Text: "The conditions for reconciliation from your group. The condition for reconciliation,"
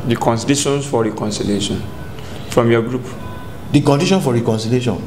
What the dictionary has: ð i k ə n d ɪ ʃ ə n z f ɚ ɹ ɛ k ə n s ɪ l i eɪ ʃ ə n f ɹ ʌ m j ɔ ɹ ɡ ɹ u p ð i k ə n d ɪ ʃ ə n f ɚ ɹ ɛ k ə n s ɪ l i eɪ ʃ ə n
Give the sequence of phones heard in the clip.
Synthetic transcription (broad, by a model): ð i k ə n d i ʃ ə n s f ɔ ɹ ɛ k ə n s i l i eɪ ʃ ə n f ɹ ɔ m j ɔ ɡ ɹ u p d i k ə n d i ʃ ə n f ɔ ɹ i k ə n s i l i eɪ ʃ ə n